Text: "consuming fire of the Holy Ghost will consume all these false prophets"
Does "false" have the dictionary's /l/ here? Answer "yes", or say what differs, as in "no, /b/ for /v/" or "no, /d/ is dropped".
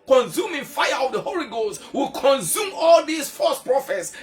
no, /l/ is dropped